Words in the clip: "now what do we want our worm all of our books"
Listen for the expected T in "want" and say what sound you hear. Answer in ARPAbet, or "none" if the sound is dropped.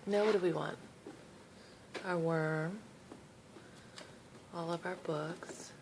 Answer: T